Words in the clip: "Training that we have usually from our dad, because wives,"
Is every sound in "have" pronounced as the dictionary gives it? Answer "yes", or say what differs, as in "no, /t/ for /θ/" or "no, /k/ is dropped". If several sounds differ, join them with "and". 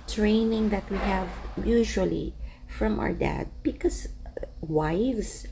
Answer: yes